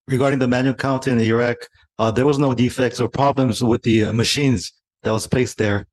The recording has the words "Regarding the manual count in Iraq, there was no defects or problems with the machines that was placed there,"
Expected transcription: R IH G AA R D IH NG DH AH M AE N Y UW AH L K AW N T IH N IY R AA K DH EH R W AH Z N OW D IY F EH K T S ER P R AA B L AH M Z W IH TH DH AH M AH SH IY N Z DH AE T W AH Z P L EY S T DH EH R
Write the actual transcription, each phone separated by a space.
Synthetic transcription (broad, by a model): R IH G AA R D IH NG DH AH M AE N Y UW AH L K AW N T IH N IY R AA K DH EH R W AH Z N OW D IY F EH K T S ER P R AA B L AH M Z W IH DH AH M AH SH IY N Z DH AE T W AH Z P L EY S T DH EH R